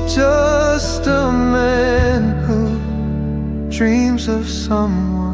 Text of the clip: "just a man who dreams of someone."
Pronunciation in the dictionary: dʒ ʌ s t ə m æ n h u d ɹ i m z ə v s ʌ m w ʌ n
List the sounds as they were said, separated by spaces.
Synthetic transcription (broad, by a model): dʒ ʌ s t ə m æ n h u d ɹ i m z ə v s ʌ m w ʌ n